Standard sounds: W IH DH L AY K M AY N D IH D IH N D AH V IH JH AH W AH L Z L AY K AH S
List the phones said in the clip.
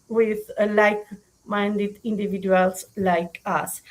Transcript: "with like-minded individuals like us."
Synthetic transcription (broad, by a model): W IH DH L AY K M AY N D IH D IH N D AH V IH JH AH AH L S L AY K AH S